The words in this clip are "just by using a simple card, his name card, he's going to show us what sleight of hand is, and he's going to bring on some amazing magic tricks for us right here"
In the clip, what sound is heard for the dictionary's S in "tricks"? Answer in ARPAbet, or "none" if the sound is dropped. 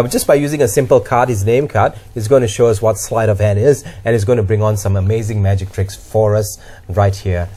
S